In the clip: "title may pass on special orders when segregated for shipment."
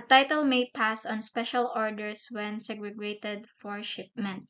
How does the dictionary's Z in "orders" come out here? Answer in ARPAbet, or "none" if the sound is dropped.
S